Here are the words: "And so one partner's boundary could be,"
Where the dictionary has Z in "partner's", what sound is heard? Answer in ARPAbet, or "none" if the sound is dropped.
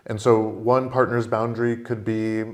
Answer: Z